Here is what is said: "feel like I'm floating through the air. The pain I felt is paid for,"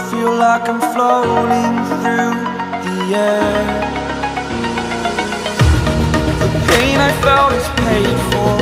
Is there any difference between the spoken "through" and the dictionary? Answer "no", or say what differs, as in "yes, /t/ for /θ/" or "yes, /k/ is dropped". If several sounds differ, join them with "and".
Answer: no